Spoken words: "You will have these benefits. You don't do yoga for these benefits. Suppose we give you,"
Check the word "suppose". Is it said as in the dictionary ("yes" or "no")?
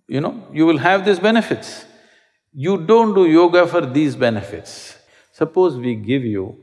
yes